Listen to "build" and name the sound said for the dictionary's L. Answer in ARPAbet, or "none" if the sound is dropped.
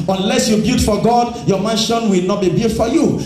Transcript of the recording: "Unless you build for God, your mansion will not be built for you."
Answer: none